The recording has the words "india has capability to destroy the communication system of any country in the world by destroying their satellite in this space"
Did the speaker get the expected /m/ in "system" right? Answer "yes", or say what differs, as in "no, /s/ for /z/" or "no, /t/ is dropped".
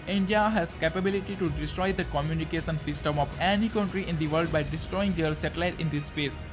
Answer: yes